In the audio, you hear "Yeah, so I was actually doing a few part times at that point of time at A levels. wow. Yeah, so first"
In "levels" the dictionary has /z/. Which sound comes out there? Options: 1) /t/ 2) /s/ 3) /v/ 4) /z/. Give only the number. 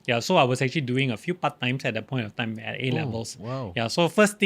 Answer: 2